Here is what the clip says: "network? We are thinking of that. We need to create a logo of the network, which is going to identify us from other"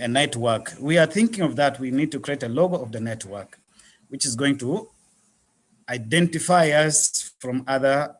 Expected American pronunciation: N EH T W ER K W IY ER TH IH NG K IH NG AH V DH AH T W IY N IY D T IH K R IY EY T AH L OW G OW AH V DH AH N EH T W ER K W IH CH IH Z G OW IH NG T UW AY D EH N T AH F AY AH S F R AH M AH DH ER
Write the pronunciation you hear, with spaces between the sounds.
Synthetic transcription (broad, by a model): N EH T W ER K W IY ER TH IH NG K IH NG AH V DH AH T W IY N IY D T IH K R IY EY T AH L OW G OW AH V DH AH N EH T W ER K W IH CH IH Z G OW IH NG T UW AY D EH N T AH F AY AH S F R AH M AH DH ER